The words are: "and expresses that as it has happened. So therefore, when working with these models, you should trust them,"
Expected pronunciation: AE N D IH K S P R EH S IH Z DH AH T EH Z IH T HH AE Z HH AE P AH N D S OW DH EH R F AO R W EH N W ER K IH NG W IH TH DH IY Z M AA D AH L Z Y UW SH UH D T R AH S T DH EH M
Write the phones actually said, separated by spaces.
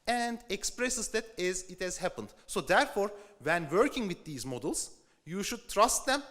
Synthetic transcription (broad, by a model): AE N D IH K S P R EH S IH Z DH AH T EH Z IH T HH AE Z HH AE P AH N D S OW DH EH R F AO R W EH N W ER K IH NG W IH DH IY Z M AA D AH L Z Y UW SH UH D T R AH S T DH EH M